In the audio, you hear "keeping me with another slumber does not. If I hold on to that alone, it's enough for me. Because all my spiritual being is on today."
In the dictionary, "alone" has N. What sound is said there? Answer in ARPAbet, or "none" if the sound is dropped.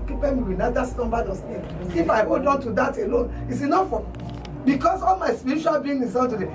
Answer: N